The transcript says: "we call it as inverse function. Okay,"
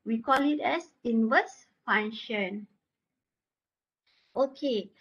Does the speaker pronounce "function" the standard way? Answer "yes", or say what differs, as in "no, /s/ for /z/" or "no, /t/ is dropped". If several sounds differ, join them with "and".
no, /k/ is dropped